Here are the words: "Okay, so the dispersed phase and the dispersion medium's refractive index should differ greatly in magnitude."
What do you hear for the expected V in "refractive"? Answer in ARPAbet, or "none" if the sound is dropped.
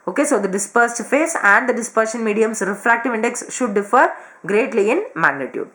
V